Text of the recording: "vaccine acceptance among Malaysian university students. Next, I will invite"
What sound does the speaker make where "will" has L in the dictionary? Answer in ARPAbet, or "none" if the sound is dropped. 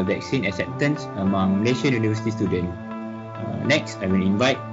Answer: N